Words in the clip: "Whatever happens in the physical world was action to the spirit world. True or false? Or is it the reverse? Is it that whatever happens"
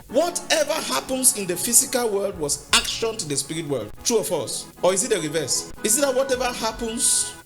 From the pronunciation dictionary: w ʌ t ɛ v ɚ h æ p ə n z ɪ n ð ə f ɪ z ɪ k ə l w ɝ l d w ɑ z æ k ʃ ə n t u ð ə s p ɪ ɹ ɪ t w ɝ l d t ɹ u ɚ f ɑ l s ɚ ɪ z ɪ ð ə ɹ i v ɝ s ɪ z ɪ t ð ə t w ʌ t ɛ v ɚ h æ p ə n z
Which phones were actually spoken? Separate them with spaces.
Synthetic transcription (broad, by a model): w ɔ t ɛ v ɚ h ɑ p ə n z ɪ n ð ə f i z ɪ k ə l w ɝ l d w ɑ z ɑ k ʃ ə n t u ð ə s p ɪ ɹ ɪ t w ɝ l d t ɹ u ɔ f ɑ s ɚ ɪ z ɪ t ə ɹ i v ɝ s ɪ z ɪ t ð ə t w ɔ t ɛ v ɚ h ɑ p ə n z